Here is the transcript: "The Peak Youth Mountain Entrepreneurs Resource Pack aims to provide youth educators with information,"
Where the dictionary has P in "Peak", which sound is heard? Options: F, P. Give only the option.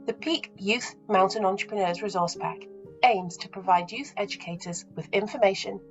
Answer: P